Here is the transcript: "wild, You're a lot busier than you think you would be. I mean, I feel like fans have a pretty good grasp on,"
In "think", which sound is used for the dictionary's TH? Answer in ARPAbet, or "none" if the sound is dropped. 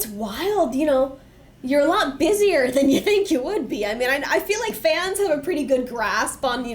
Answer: TH